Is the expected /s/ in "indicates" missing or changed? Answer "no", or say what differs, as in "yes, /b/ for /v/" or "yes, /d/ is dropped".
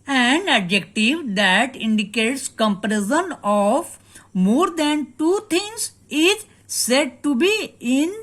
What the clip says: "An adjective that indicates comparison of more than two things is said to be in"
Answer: no